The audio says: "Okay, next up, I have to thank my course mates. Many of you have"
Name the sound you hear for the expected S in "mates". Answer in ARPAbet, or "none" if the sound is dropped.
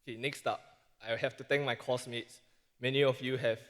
S